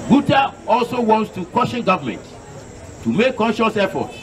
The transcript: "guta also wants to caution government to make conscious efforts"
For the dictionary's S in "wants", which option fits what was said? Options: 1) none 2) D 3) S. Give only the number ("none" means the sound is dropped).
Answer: 3